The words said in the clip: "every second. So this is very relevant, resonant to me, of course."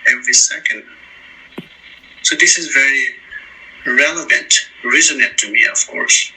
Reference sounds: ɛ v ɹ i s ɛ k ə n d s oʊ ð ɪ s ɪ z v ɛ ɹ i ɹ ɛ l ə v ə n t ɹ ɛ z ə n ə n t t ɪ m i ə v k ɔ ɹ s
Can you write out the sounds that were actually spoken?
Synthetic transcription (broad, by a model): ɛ v ɹ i s ɛ k ə n d s oʊ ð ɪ s ɪ z v ɛ ɹ i ɹ ɛ l ə v ə n t ɹ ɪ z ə n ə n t t ɪ m i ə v k ɔ ɹ s